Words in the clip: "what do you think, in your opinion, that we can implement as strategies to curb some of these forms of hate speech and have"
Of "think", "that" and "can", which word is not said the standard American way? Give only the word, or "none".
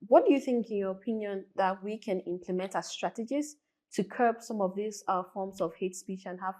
none